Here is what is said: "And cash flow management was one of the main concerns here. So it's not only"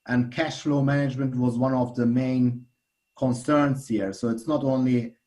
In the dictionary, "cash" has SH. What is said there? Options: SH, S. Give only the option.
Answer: SH